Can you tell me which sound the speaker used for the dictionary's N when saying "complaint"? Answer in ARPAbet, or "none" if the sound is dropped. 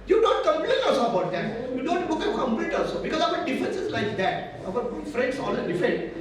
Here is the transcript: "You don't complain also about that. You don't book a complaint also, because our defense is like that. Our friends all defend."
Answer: L